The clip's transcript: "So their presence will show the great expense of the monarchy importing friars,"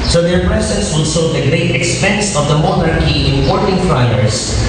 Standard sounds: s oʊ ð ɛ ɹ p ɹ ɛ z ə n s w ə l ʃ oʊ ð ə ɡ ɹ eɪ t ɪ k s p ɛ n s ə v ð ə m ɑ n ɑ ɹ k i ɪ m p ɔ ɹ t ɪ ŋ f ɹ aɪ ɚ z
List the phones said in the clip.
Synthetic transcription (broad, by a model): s oʊ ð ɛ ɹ p ɹ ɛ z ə n s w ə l s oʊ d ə ɡ ɹ eɪ t ɪ k s p ɛ n s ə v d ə m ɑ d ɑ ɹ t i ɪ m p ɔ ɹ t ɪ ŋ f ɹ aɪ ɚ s